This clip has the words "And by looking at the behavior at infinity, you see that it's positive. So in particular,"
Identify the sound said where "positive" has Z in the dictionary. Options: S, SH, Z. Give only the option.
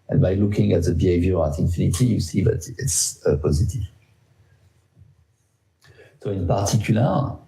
Z